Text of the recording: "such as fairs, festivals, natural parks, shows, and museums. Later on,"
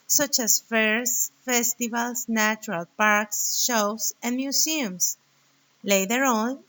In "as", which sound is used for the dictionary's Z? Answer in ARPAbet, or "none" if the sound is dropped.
S